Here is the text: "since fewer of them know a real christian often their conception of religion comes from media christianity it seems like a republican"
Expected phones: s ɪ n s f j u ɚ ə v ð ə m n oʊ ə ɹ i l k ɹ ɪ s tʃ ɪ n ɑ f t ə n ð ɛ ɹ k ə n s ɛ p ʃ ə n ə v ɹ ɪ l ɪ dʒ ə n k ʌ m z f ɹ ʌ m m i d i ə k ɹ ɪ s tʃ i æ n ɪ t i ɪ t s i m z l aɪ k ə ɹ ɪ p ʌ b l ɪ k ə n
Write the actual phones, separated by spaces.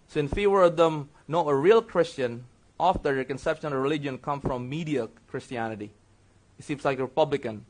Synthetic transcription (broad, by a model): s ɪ n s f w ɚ ə v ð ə m n oʊ ə ɹ i l k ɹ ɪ s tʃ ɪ n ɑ f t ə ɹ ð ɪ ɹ k ə n s ɛ p ʃ ə n ə v ɹ ɪ l ɪ dʒ ə n k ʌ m f ɹ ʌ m m i d i ə k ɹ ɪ s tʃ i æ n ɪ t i ɪ t s i m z l aɪ k ə ɹ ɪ p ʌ b l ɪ k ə n